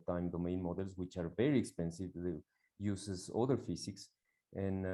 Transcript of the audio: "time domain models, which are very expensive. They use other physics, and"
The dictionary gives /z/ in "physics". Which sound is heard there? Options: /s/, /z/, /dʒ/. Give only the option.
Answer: /s/